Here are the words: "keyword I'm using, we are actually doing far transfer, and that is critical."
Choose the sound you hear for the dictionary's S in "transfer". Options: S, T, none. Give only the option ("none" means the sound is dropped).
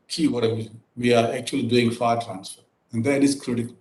S